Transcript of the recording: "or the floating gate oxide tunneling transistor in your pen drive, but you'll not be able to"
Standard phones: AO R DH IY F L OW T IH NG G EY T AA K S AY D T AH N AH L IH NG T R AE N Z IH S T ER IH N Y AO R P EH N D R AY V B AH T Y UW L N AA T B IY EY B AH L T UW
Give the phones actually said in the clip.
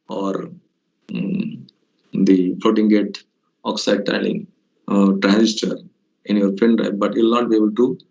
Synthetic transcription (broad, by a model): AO R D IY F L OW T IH NG G EY T AA K S AY D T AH AH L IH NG T R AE N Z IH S T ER IH N Y AO R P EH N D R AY P B AH T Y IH L N AA T B IY EY B AH L T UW